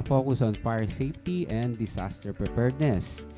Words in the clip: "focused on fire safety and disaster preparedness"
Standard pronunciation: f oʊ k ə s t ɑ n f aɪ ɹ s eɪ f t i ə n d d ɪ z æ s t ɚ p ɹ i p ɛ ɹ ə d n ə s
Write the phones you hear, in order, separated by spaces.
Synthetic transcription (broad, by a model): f oʊ k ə s ɑ n f aɪ ɹ s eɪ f t i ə n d d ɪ s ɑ s t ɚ p ɹ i p ɛ ɹ d n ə s